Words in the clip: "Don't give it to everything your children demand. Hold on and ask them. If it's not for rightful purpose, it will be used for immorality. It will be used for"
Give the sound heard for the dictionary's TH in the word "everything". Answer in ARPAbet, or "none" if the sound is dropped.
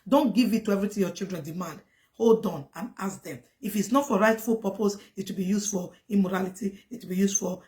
T